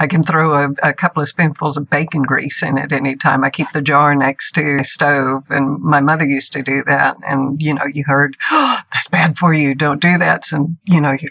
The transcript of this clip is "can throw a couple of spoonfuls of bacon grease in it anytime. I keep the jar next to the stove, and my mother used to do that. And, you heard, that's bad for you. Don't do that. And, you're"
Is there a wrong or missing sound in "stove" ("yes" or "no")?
no